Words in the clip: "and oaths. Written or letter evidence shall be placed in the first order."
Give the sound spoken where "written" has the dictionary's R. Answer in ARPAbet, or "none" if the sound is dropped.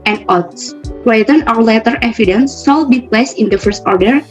W